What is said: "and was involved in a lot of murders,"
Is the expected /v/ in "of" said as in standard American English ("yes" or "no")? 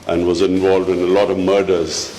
yes